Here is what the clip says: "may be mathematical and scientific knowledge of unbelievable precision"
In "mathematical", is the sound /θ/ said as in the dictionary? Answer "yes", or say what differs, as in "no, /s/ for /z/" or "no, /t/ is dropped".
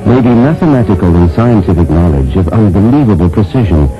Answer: yes